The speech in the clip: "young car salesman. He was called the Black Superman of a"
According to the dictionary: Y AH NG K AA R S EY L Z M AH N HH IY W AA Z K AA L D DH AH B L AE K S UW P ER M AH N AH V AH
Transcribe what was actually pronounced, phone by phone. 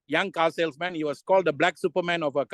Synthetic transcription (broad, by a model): Y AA NG K AA L S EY L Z M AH N HH IY W AA S K AA L D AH B L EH K S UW P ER M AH N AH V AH